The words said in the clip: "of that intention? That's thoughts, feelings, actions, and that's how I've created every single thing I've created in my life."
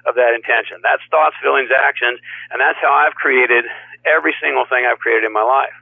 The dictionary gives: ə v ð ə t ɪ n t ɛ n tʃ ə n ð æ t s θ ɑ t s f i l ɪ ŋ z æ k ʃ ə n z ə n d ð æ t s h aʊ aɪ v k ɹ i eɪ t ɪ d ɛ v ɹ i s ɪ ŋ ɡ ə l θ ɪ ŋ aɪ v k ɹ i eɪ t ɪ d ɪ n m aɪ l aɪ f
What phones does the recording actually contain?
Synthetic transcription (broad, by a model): ə v ð ə t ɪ n t ɛ n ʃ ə n ð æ t s θ ɑ t s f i l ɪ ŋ z æ k ʃ ə n z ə n ð æ t s h aʊ aɪ v k ɹ i eɪ t ɪ d ɛ v ɹ i s ɪ ŋ ɡ l θ ɪ ŋ aɪ v k ɹ i eɪ t ɪ d ɪ n m aɪ l aɪ f